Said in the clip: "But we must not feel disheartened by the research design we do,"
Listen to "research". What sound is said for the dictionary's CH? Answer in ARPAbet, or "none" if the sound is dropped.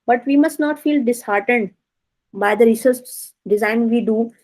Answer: S